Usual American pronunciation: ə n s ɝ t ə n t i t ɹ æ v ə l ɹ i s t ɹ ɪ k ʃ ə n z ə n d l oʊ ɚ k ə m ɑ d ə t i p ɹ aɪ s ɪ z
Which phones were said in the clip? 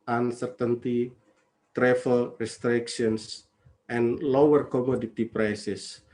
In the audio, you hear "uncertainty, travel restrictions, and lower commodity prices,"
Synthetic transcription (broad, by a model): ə n s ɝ t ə n t i t ɹ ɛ f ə l ɹ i s t ɹ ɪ k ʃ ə n s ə n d l oʊ ɚ k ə m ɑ d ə t i p ɹ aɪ s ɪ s